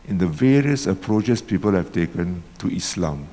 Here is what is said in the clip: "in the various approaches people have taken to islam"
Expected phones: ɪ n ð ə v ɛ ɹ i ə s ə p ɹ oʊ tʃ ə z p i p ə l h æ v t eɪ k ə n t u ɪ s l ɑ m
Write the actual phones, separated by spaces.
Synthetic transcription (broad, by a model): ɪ n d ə v ɛ ɹ i ə s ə p ɹ oʊ tʃ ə s p i p ə l h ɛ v t eɪ k ə n t u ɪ s l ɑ m